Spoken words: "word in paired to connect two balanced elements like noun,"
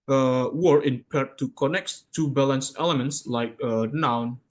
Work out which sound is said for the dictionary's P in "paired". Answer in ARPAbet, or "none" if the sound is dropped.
P